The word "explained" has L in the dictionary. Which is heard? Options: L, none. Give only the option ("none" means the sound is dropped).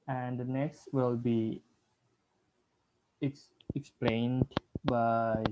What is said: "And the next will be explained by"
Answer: L